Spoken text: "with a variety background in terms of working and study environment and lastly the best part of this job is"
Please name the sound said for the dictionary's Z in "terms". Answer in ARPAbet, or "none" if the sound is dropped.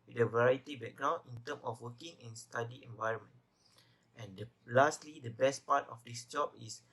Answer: none